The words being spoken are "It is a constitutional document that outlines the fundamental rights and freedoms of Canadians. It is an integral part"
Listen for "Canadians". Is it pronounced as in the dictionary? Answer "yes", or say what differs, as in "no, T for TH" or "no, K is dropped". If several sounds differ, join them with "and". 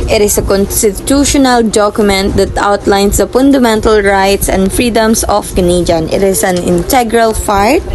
no, Z is dropped